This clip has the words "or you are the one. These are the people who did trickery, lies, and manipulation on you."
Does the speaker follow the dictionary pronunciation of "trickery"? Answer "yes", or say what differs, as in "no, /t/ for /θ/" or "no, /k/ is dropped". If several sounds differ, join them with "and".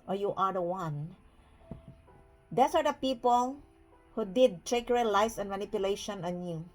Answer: no, /ɹ/ is dropped